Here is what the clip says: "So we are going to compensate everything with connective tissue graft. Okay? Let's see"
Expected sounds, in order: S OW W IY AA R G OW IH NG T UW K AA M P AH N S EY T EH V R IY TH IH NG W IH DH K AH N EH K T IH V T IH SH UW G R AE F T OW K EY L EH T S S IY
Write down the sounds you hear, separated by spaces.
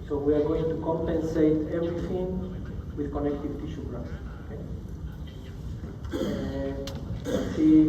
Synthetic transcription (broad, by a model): S OW W IY AA R G OW IH NG T UW K AA M P AH N S EY T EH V R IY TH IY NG W IH DH K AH N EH K T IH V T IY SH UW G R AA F OW K EY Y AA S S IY